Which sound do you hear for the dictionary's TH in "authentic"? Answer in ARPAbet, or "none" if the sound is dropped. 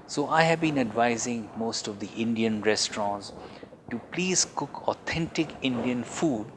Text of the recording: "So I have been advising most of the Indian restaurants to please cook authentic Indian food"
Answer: T